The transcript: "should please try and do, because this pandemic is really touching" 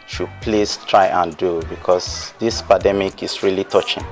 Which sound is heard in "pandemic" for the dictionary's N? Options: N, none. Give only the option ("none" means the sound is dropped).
none